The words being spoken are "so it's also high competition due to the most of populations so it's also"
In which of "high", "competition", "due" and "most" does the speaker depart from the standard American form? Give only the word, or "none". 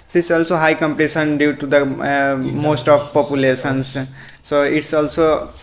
competition